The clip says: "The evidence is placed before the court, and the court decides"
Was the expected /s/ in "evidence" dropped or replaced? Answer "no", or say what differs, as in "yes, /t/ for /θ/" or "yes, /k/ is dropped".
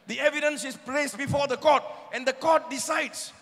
no